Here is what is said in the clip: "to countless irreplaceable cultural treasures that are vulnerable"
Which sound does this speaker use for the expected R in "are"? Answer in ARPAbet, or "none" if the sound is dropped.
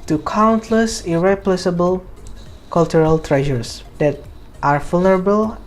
R